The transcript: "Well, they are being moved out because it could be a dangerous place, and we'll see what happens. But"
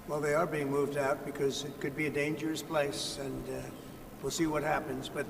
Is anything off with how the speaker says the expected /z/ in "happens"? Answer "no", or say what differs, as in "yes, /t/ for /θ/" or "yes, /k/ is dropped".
no